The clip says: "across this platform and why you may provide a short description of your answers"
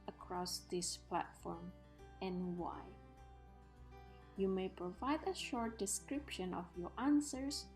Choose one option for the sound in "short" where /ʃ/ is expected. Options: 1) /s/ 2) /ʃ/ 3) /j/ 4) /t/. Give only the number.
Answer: 2